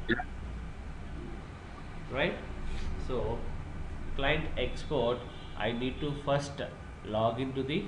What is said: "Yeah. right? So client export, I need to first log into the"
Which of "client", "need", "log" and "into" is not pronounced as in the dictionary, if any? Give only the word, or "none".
none